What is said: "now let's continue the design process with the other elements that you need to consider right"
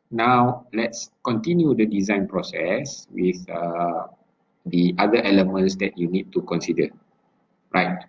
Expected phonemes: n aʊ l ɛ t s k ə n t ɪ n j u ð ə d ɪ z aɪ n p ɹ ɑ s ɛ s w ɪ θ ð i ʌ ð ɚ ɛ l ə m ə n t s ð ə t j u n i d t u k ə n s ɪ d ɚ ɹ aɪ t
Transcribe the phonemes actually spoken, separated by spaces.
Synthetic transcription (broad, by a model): n aʊ l ɛ t s k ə n t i n j u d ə d ɪ z aɪ n p ɹ ɑ s ɛ s w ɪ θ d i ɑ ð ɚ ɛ l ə m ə n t s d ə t j u n i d t u k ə n s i d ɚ ɹ aɪ t